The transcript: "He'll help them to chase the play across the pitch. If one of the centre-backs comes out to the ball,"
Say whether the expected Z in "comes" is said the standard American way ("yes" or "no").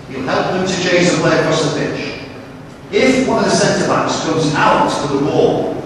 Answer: yes